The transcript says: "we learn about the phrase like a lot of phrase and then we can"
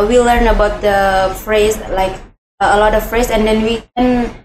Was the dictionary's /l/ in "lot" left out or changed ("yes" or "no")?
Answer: no